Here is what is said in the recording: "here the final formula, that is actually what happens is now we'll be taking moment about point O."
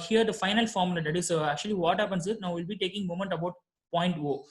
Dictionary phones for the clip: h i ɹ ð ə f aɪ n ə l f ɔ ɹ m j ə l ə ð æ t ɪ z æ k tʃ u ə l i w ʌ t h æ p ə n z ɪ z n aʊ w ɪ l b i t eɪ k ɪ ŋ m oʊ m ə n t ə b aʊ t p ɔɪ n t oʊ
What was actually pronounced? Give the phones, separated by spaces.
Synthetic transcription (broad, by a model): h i ɹ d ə f aɪ n ə l f ɔ ɹ m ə l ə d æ t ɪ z æ k tʃ u ə l i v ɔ t h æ p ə n s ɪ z n aʊ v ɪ l b i t eɪ k ɪ ŋ m oʊ m ə n t ə b aʊ t p ɔɪ n t oʊ